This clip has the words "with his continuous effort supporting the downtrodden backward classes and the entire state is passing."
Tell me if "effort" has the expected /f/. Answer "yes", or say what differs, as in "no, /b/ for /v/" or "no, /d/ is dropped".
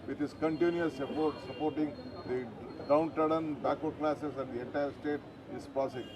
no, /p/ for /f/